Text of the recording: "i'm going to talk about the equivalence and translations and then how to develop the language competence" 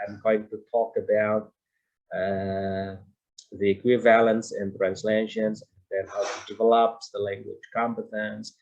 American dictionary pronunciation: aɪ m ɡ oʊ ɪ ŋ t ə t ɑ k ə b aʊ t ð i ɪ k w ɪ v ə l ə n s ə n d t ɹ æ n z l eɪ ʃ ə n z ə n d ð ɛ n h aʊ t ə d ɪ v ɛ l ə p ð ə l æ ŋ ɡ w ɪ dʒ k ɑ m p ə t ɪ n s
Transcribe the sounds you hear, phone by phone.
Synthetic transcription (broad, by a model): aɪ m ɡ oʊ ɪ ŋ t ə t ɑ k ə b aʊ t ð i ɪ k w ɪ v ə l ə n s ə n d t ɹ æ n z l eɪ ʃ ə n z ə n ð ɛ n h aʊ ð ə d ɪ v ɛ l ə p ð ə l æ ŋ ɡ w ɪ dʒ k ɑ m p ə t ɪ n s